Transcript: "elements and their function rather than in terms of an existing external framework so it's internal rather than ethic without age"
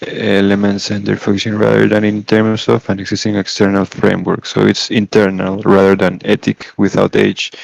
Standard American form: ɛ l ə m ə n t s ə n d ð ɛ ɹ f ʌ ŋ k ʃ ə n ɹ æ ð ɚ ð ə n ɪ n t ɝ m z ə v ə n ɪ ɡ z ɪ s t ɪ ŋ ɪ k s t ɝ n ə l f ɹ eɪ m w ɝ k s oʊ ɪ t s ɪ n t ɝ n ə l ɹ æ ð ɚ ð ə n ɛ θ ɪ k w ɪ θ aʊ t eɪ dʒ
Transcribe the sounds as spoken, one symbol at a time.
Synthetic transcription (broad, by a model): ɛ l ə m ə n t s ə n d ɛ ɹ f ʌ k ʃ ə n ɹ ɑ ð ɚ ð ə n ɪ n t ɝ m s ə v ə n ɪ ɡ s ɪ s t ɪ ŋ ɪ k s t ɝ n ə l f ɹ eɪ m w ɝ k s oʊ ɪ t s ɪ n t ɝ n ə l ɹ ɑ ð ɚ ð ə n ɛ t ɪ k w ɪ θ aʊ t eɪ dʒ